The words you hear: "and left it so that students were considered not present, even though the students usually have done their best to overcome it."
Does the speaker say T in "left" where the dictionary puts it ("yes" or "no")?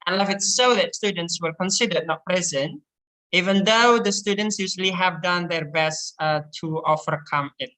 no